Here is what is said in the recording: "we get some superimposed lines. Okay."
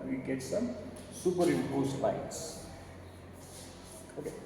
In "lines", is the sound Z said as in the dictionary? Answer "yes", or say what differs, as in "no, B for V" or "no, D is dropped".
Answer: no, S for Z